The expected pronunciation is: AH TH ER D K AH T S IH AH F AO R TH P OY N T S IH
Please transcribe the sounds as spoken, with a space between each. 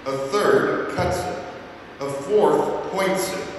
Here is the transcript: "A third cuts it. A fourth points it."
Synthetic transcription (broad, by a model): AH TH ER D K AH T S IH AH F AO R TH P OY N T S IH